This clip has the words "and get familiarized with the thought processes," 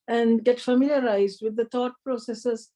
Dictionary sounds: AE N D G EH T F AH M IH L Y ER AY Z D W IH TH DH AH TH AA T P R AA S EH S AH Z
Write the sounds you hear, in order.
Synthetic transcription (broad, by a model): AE N D G EH T F AH M IH L Y ER AY Z D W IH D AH T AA T P R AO S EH S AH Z